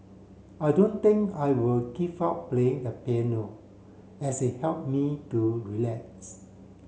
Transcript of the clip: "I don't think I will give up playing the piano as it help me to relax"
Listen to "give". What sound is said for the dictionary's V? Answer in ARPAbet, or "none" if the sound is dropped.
P